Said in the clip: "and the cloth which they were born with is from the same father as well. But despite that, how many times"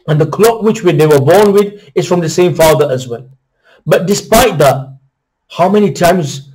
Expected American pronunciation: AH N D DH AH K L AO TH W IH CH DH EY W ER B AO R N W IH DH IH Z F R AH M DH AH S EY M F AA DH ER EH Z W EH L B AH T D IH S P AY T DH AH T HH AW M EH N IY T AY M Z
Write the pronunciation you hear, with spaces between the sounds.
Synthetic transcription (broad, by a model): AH N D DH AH K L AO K W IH CH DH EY W ER B AO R N W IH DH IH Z F R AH M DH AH S EY M F AA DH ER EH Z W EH N B AH T D IH S P AY T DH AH T HH AW M EH N IY T AY M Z